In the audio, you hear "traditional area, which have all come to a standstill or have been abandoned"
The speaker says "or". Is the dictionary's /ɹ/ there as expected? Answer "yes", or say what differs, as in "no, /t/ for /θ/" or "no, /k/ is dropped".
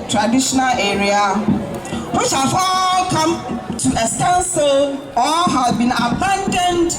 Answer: no, /l/ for /ɹ/